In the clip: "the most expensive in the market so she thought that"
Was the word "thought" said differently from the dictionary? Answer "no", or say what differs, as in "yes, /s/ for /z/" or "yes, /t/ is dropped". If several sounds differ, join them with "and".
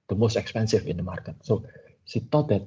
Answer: yes, /t/ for /θ/